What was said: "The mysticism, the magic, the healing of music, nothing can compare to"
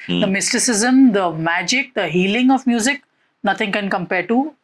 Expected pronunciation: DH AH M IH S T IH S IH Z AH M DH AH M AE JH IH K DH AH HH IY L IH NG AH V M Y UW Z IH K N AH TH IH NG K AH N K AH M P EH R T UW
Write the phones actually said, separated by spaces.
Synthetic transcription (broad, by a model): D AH M IH S T IH S IH Z AH M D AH M AE JH IH K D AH HH IY L IH NG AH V M Y UW Z IH K N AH T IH NG K AH N K AH M P EH R T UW